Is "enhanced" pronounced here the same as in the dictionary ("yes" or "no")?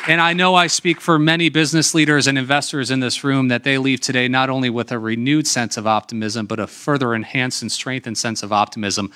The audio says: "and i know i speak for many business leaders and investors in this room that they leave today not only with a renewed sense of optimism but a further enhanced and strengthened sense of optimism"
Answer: no